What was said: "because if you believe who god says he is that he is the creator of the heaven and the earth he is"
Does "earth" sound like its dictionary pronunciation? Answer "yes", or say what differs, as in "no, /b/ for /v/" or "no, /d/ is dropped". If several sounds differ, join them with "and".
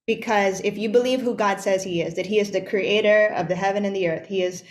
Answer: yes